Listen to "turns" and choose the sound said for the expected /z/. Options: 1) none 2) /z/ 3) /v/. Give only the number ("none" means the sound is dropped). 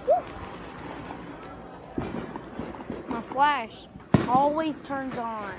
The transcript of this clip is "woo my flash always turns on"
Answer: 2